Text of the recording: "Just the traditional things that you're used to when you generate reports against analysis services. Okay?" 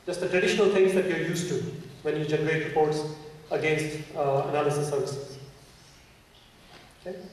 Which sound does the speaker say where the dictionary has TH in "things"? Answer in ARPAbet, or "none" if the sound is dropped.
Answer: T